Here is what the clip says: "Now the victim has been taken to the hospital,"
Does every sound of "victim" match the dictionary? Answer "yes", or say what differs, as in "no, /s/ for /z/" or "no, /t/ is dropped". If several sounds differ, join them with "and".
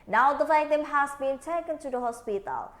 no, /f/ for /v/